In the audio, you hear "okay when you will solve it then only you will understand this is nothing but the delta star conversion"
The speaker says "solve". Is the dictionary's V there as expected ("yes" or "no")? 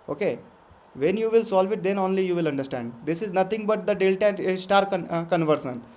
yes